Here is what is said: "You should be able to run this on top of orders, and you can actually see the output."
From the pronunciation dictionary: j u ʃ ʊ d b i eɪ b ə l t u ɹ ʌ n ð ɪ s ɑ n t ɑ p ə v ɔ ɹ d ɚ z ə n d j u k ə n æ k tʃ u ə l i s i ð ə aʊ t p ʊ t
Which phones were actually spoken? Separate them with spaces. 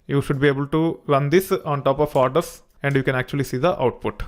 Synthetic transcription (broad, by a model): j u ʃ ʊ d b i eɪ b ə l t u ɹ ʌ n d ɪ s ɑ n t ɑ p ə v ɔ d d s ə n d j u k ə n æ k tʃ u ə l i s i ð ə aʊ t p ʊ t